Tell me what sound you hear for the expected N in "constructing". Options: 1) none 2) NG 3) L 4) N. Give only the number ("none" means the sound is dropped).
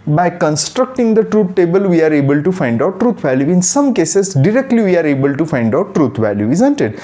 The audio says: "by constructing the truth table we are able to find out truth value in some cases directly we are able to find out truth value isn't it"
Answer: 4